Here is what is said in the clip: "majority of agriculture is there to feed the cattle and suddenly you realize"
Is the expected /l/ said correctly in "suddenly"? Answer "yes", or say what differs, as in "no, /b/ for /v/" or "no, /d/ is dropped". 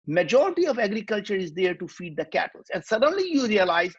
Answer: yes